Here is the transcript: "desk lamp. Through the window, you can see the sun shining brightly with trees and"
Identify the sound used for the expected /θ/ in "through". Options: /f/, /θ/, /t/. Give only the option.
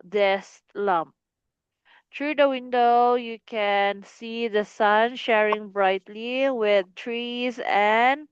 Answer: /t/